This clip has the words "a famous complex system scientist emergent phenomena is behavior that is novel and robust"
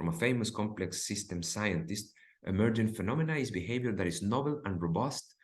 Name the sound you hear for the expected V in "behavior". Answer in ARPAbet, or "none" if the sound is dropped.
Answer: V